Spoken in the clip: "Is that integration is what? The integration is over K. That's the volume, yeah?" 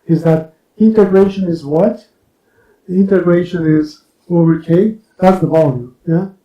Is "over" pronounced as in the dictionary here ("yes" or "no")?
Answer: no